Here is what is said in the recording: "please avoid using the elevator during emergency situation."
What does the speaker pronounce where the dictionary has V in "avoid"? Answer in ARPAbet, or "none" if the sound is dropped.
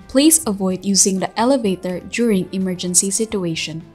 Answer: V